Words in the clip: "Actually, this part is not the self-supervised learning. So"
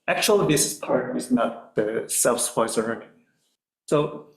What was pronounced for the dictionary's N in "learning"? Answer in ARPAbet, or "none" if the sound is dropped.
none